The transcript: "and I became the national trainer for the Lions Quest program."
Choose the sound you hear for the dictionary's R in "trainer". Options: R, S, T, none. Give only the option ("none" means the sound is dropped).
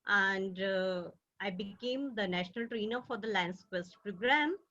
R